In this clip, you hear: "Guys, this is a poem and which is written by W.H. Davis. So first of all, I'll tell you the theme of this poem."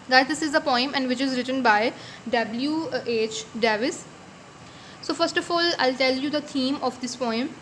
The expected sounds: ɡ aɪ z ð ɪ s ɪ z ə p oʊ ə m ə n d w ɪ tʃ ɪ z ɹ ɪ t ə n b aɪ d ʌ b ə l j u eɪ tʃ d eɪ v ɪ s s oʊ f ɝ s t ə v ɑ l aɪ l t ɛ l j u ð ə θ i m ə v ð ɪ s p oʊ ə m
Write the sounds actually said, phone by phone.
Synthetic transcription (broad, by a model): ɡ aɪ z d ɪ s ɪ z ə p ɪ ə m ə n d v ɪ tʃ ɪ z ɹ ɪ t ə n b aɪ d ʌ b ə l j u eɪ tʃ d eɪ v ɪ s s oʊ f ɝ s t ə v ɑ l aɪ l t ɛ l j u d ə t i m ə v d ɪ s p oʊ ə m